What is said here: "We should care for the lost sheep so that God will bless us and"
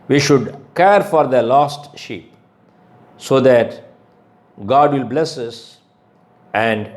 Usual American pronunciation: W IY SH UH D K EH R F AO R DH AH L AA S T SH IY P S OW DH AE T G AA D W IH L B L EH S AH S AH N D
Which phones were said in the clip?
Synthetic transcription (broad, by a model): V IY SH UH D K EH R F AO R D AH L AA S T SH IY P S OW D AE T G AA D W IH L B L EH S AH S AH N D